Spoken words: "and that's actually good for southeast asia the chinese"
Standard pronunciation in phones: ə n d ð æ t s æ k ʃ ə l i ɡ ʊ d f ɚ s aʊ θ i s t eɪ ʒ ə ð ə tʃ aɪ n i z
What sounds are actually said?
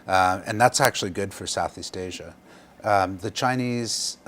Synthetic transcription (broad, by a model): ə n ð æ t s æ k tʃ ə l i ɡ ʊ d f ɚ s aʊ θ i s t eɪ ʒ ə ð ə tʃ aɪ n i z